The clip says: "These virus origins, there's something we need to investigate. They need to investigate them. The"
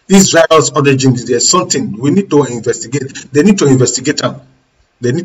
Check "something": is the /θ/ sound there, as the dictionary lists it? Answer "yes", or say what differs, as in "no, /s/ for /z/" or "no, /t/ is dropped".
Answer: no, /t/ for /θ/